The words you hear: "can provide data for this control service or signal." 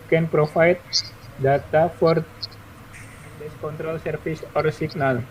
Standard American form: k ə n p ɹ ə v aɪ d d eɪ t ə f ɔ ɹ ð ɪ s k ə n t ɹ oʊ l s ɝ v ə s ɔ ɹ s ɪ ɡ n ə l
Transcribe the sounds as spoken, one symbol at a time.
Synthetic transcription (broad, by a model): k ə n p ɹ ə f aɪ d d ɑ t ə f ɔ ɹ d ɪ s k ə n t ɹ oʊ l s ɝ f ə s ɔ ɹ s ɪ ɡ n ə l